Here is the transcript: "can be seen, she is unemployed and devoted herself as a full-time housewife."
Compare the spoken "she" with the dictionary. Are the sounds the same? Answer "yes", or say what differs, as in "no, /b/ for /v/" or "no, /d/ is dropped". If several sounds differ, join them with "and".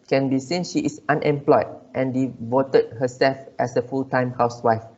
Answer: yes